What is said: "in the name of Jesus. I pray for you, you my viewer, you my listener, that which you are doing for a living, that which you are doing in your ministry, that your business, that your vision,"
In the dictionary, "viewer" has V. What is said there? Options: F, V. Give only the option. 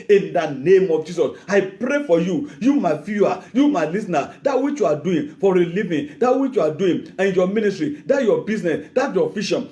F